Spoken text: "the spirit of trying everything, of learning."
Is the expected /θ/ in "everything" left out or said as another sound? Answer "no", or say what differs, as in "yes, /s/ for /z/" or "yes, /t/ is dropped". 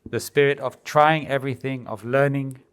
no